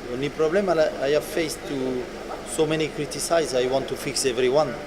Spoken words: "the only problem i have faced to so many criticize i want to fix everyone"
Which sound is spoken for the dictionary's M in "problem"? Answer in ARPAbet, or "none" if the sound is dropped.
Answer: none